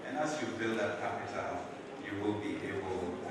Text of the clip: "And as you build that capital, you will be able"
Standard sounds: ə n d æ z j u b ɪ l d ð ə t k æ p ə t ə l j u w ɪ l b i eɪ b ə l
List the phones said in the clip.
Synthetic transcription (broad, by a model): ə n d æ s j u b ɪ l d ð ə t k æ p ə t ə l j u w ɪ l b i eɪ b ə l